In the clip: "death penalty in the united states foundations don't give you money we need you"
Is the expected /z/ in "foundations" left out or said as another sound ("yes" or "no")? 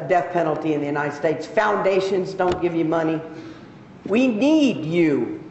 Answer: no